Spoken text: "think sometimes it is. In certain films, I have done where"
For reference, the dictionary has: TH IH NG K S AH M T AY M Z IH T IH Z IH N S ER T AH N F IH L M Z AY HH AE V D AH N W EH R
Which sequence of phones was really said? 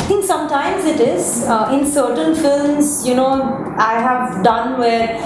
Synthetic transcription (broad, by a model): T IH NG K S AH M T AY M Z IH T IH Z IH N S ER T AH N F IH L M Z AY HH AE V D AH N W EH R